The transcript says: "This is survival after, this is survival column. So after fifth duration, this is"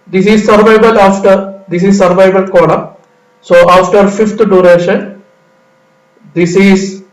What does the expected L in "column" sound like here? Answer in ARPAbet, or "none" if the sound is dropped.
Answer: N